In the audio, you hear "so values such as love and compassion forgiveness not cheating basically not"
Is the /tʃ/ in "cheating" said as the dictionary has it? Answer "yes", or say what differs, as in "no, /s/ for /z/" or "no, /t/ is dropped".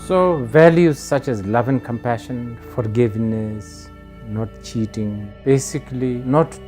yes